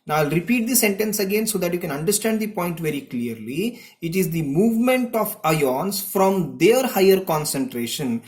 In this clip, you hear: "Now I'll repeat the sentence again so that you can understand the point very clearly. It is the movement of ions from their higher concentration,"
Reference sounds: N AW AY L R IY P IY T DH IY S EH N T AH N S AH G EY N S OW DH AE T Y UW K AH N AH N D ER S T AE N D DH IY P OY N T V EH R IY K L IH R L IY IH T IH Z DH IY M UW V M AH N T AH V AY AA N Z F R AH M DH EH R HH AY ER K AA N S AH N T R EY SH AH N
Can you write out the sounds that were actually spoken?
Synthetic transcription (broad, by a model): N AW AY L R IY P IY T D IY S EH N T AH N S AH G EY N S OW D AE T Y UW K AH N AH N D ER S T AE N D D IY P OY N T V EH R IY K L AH R L IY IH T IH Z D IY M UW V M AH N T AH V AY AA N S F R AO M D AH R HH AY ER K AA N S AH N T R EY SH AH N